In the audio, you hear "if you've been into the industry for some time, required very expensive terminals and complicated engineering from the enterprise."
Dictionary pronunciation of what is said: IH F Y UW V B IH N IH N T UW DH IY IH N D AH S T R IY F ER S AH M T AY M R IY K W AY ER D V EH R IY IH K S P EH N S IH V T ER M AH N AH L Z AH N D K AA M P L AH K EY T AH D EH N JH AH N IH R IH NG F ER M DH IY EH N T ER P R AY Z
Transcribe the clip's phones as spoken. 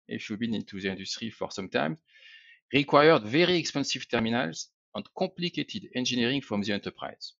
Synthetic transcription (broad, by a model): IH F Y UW B IH N IH N T UW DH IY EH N D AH S T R IY F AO S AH M T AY M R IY K W AY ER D V EH R IY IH K S P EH N S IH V T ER M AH N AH L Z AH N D K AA P L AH K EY T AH D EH N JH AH N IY R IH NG F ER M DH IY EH N T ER P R AY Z